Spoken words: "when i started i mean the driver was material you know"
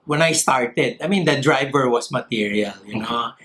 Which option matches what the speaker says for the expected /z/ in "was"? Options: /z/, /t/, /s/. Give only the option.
/s/